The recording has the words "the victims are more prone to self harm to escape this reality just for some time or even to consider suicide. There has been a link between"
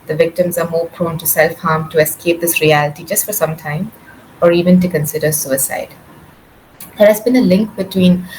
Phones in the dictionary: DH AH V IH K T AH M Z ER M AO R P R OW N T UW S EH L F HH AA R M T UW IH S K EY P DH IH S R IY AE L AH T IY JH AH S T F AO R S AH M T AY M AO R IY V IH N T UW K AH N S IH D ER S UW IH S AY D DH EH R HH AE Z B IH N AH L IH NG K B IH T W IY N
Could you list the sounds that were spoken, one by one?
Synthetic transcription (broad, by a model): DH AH V IH K T AH M Z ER M AO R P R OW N T UW S EH L F HH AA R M T UW IH S K EY P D IH S R IY AE L AH T IY JH AH S T F AO R S AH M T AY M AO R IY V IH N T UW K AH N S IH D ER S UW IH S AY D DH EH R HH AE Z B IH N AH L IH NG K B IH T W IY N